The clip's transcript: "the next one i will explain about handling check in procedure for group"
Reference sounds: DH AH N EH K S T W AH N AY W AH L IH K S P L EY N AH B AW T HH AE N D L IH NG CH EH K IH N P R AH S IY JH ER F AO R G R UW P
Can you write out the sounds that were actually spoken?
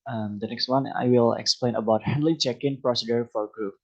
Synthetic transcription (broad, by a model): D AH N EH K S T W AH N AY W AH L IH K S P L EY N AH B AW T HH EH N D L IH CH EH K IH N P R AH S IY JH ER F AO R G R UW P